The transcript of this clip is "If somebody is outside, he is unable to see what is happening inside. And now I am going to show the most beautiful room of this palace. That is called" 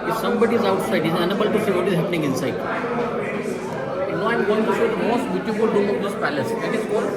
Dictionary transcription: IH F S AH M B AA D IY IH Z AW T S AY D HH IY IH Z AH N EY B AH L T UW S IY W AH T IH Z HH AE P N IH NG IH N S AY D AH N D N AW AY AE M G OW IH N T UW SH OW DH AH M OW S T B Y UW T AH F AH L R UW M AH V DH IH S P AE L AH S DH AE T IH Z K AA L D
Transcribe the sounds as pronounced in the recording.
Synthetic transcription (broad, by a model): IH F S AH M B AA D IY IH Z AW T S AY D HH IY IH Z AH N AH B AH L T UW S IY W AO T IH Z HH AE P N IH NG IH N S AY AH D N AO AY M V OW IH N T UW S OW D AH M OW S T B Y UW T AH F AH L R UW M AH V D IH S P AE L AH S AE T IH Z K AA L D